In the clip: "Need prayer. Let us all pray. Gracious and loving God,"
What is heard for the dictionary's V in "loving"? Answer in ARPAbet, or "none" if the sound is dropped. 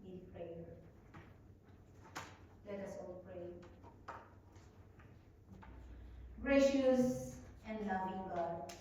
B